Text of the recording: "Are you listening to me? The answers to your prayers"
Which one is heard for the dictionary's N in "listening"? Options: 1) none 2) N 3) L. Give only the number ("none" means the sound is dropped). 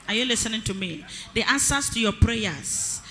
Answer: 2